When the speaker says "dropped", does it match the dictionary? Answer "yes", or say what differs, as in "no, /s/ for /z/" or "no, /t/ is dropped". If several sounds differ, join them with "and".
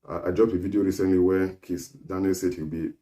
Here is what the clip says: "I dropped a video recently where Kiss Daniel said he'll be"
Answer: no, /p/ is dropped